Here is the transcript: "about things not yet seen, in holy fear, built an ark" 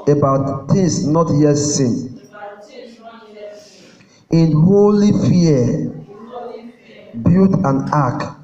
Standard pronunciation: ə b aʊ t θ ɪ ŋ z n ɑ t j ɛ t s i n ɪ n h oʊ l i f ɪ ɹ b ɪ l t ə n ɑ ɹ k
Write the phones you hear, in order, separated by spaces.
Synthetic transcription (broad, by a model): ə b aʊ t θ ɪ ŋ s n ɑ t j ɛ t s i n ɪ n h oʊ l i f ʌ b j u t ə n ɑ k